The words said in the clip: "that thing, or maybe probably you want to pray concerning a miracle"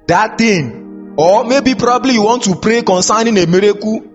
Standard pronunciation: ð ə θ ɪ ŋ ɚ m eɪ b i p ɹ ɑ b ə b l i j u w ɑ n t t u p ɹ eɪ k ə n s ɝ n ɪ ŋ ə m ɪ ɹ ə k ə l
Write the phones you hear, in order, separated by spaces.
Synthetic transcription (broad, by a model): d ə t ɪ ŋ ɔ m eɪ b i p ɹ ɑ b b l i j u w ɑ n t t u p ɹ eɪ k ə n s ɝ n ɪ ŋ ə m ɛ ɹ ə k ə